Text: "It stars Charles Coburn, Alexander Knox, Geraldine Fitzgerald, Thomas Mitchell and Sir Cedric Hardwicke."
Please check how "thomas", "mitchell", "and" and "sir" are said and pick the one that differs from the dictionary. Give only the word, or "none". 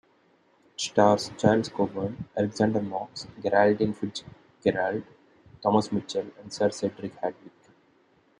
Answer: none